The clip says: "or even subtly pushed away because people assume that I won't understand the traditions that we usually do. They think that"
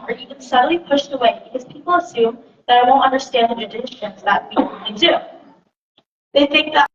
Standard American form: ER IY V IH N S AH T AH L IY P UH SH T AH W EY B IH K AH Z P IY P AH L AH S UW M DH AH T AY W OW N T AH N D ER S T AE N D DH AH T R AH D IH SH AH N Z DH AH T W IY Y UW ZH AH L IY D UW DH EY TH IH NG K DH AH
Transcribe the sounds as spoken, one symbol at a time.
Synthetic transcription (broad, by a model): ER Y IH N S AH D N L IY P UH SH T AH W EY B IH K AH Z P IY P L AH S UW M DH AH T AY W OW N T AH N D ER S T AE N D DH AH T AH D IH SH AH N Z DH AH T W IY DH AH IY D UW DH EY TH IH NG K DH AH